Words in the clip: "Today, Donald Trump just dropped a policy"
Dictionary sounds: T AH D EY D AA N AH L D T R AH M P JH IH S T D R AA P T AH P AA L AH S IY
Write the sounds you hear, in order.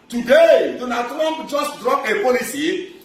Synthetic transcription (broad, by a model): T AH D EY D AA N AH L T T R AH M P JH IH S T D R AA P AH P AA L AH S IY